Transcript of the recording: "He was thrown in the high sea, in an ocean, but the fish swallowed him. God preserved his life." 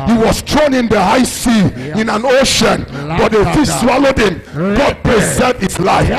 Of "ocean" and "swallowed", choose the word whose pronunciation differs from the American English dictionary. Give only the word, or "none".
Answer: none